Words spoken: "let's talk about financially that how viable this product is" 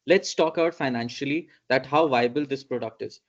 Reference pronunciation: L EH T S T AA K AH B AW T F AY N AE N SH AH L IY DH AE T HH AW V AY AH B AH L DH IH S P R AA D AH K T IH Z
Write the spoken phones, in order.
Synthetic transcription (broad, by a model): L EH T S T AA K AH UH T F AY N AE N SH AH L IY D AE T HH AW V AY AH B AH L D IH S P R AA D AH K T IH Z